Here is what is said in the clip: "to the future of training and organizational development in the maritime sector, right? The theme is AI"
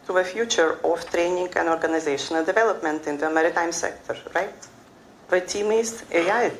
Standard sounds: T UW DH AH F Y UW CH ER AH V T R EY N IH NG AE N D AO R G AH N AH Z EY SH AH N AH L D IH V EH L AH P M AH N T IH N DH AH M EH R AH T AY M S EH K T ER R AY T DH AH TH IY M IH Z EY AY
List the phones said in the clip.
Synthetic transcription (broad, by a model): T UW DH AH F Y UW CH ER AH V T R EY N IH NG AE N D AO R G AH N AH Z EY SH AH N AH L D IH V EH L AH P M AH N T IH N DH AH M EH R AH T AY M S EH K T ER R AY T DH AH T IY M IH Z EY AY